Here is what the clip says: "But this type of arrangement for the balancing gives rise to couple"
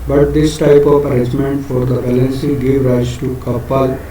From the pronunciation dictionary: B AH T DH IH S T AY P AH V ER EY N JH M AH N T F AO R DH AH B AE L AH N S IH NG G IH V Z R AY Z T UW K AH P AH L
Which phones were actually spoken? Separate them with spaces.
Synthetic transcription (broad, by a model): B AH T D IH S T AY P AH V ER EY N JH M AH N T F AO R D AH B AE L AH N S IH G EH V R AY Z T UW K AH P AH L